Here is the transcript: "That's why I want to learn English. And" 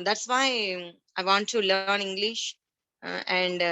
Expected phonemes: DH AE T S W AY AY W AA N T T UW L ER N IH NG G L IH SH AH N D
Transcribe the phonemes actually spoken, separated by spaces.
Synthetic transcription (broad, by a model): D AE T S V AY AY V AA N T T UW L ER N IH NG G L IH SH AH N D